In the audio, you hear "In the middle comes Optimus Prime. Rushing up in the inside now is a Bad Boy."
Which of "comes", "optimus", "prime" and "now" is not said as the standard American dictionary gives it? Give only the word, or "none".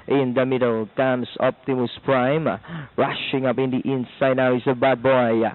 comes